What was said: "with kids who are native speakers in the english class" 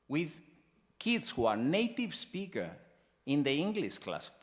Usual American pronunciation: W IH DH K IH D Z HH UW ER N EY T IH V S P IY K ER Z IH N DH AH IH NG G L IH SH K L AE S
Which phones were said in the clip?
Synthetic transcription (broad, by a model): W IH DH K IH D S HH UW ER N EY T IH V S P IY K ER IH N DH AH IH NG G L IH SH K L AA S